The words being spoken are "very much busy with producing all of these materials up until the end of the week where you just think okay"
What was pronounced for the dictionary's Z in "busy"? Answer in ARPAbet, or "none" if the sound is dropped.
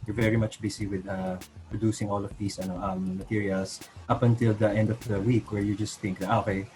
S